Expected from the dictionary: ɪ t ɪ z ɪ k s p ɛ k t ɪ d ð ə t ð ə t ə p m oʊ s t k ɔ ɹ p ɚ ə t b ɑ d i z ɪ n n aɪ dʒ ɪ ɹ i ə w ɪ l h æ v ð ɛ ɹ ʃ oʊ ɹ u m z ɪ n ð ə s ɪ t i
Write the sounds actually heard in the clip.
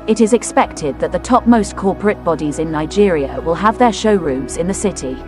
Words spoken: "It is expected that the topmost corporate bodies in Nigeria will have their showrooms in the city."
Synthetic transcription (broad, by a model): ɪ t ɪ z ɪ k s p ɛ k t ɪ d ð ə t ð ə t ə p m oʊ s k ɔ p ɚ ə t b ɑ d i z ɪ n n aɪ dʒ ɪ ɹ i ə w ɪ l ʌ v ð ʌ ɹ ʃ oʊ ɹ u m z ɪ n ð ə s ɪ t i